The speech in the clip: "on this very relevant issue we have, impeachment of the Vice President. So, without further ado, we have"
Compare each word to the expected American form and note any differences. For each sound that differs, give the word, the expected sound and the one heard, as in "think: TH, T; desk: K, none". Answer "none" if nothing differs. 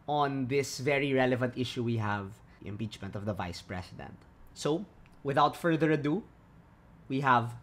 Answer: president: Z, S